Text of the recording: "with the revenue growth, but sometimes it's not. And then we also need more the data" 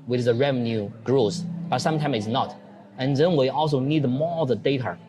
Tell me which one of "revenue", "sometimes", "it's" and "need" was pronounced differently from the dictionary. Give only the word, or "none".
sometimes